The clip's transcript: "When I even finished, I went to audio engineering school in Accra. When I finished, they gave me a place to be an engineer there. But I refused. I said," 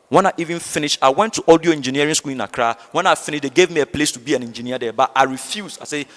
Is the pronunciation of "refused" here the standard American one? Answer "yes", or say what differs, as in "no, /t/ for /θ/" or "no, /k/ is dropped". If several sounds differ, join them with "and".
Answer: no, /d/ is dropped